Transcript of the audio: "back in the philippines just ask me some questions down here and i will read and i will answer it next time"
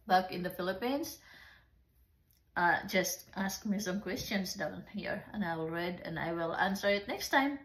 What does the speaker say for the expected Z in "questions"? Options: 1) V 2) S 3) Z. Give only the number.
2